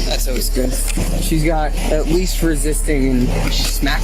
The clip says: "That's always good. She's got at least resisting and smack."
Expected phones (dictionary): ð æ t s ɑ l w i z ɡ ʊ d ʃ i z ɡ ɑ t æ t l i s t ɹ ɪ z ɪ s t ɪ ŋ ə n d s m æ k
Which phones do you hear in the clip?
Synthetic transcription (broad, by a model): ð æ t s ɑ w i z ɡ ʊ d ʃ i z ɡ ɑ t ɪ t l i s t ɹ ɪ z ɪ s t ɪ ŋ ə n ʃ s m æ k